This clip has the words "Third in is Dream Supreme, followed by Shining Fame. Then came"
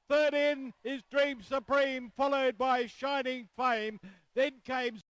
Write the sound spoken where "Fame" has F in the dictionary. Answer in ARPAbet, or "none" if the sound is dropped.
F